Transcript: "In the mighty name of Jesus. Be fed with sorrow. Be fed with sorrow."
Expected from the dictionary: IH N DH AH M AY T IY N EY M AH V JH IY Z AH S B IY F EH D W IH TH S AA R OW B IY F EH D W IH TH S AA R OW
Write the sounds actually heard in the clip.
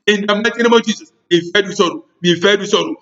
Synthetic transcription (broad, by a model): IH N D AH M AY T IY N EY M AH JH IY S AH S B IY F EH D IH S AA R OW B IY F EH D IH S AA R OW